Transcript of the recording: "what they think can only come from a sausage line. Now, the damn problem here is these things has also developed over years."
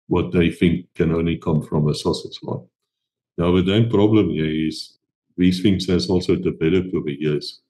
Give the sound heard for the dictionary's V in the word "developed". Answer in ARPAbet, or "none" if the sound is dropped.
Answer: B